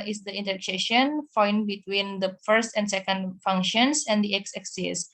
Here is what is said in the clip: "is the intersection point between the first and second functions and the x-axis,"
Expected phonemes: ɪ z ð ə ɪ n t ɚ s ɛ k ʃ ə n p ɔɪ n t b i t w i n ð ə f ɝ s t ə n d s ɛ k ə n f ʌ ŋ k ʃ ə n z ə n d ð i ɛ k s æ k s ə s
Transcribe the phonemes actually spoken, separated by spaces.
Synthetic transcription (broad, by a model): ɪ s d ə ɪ n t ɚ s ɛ ʃ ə n f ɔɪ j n b i t w i n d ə f ɝ s t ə n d s ɛ k ə n f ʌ ŋ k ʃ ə n s ə n d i ɛ k s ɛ k s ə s